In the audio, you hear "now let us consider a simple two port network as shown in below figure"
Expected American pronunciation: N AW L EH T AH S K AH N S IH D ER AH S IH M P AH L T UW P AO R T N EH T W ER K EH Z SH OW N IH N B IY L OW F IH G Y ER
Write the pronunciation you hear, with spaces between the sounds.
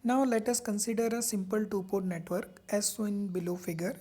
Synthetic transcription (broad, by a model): N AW L EH T AH S K AH N S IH D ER AH S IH M P AH L T UW P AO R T N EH T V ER K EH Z S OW IH N B IY L OW F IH G Y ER